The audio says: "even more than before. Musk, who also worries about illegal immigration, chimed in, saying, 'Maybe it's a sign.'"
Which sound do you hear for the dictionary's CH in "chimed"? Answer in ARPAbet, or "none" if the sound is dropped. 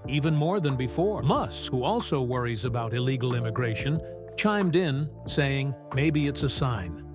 CH